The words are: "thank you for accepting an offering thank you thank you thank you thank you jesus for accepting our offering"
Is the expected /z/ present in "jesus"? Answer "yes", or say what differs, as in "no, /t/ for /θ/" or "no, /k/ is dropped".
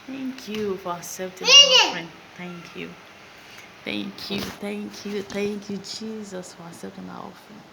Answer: yes